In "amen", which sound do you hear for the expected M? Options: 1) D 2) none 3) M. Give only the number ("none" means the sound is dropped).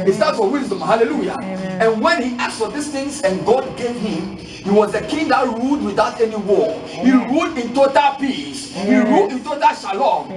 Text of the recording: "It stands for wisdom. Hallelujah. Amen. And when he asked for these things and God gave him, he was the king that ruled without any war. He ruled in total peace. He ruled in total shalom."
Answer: 2